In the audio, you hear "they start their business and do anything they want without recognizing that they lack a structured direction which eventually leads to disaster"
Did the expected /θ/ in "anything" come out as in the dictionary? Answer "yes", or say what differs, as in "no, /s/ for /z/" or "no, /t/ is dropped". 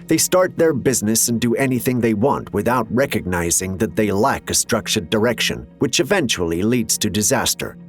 yes